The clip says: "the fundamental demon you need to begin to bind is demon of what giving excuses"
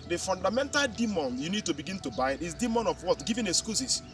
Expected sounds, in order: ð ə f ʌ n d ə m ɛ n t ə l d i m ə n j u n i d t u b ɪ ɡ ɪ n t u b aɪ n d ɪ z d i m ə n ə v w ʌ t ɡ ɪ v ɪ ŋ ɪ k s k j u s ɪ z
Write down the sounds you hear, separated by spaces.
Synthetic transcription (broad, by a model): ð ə f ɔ n d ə m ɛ n t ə l d i m ə n j u n i d t u b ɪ ɡ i n t u b aɪ d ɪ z d i m ə n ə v w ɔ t ɡ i v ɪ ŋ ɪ s k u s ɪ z